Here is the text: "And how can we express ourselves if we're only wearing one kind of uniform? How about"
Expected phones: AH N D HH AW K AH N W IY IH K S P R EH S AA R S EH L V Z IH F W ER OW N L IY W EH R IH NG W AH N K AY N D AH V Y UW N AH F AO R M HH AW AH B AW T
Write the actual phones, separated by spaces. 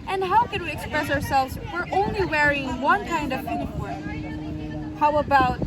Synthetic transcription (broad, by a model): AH N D HH AW K AH N W IY IH K S P R EH S AA R S EH L V Z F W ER OW N L IY W EH R IH NG W AH N K AY N D AH V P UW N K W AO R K HH AW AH B AW T